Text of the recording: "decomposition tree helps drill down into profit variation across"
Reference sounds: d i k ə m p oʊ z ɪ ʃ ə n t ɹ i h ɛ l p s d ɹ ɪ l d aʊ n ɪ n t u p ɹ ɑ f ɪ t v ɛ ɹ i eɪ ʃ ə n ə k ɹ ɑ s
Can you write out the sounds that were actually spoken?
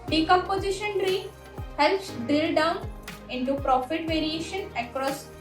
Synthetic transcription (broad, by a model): d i k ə m p oʊ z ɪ ʃ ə n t ɹ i h ɛ l p s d ɪ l d aʊ n ɪ n t u p ɹ ɑ f ɪ t v ɛ ɹ i eɪ ʃ ə n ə k ɹ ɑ s